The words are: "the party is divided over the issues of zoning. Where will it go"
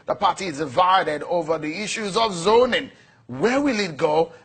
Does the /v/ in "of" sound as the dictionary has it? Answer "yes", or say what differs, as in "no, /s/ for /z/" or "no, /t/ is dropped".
yes